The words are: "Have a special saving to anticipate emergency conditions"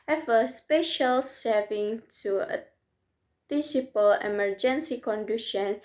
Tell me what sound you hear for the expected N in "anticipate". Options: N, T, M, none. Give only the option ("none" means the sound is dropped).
none